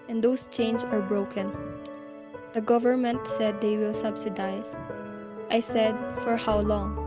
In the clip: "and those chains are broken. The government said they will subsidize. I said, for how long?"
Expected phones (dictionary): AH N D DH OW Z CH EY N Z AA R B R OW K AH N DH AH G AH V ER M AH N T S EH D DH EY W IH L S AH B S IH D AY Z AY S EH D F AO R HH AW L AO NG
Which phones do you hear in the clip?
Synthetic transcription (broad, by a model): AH N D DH OW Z CH EY N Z AA R B R OW K AH N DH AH G AH V ER M AH N T S EH D EY W IH L S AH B S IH D AY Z AY S EH D F AO R HH AW L AO NG